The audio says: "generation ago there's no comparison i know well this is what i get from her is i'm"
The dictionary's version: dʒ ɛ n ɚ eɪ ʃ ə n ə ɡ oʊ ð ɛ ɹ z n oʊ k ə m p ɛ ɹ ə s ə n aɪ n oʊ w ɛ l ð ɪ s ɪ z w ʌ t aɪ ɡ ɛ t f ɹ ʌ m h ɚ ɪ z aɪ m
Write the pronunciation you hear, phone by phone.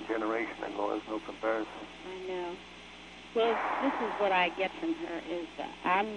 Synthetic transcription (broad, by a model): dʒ ɛ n ɚ eɪ ʃ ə n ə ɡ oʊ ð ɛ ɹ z n oʊ k ə m p ɛ ɹ ə s ə n aɪ n oʊ w ɛ l ð ɪ s ɪ z w ʌ t aɪ ɡ ɛ t f ɹ ʌ m ɚ ɪ z aɪ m